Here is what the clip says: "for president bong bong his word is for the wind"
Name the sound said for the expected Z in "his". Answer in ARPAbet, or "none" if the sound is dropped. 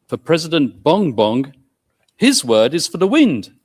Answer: Z